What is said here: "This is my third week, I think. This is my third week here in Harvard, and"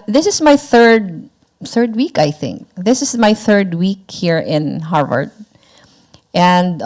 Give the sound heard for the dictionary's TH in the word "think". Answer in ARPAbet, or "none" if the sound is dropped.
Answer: TH